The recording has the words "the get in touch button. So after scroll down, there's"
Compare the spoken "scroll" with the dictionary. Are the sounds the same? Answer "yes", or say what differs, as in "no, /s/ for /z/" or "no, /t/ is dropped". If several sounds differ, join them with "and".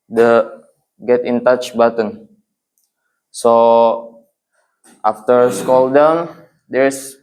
no, /ɹ/ is dropped